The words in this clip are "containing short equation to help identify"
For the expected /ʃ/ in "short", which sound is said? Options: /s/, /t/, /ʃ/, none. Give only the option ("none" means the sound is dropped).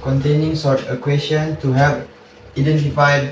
/s/